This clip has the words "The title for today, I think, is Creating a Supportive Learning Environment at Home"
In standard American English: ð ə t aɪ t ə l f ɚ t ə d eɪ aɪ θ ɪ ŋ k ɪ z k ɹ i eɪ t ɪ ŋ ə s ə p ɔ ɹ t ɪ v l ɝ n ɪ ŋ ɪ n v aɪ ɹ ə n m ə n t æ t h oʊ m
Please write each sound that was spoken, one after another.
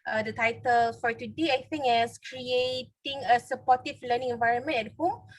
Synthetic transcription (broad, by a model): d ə t aɪ t ə l f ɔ t ə d eɪ aɪ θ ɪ ŋ ɪ s k ɹ i eɪ t ɪ ŋ ə s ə p ɔ t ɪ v l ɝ n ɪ ŋ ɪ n v aɪ ɹ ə n m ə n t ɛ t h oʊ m